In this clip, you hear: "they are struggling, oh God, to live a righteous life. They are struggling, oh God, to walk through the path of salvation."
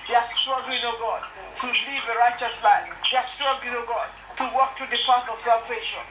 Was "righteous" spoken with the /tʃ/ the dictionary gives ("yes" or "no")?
yes